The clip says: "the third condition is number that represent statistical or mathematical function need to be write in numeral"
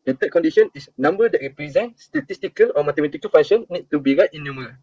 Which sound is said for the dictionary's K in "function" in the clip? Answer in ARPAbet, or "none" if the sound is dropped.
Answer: none